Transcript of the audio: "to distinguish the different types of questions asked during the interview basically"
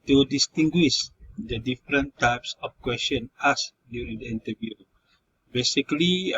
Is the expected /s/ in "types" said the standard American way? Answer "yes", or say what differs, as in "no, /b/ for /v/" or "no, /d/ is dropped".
yes